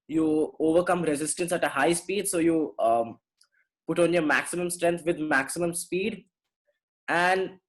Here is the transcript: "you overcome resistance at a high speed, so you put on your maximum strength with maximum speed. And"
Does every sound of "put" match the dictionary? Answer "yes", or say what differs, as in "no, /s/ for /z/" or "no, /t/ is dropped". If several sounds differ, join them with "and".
yes